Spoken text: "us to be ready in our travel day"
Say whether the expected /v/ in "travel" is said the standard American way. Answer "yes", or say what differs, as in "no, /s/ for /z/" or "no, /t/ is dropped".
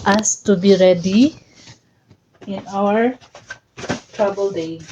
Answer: no, /b/ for /v/